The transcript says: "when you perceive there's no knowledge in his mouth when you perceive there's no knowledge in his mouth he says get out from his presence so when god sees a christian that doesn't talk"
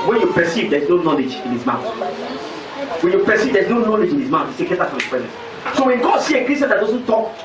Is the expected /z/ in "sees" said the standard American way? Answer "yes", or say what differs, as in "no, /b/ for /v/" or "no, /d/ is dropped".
no, /z/ is dropped